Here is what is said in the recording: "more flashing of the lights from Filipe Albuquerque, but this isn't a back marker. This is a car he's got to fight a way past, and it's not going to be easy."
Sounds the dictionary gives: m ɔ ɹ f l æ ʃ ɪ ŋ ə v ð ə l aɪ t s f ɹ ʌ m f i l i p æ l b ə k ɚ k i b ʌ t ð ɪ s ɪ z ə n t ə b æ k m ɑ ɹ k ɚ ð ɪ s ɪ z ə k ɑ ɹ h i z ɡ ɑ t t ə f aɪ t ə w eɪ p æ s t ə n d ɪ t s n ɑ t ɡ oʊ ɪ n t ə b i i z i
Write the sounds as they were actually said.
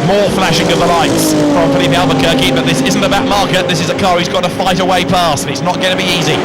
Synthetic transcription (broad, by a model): m ɔ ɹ f l æ ʃ ɪ ŋ ə v ð ə l aɪ t s p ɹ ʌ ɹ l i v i æ l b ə k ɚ k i b ʌ t ð ɪ s ɪ z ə n t ə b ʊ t m ɑ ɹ k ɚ ð ɪ s ɪ z ə k ɑ ɹ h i z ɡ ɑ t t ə f aɪ t ə w eɪ p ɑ s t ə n ɪ t s n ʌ t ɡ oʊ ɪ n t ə b i i z i